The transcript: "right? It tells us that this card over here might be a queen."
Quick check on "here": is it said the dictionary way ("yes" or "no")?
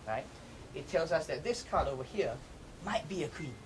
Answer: yes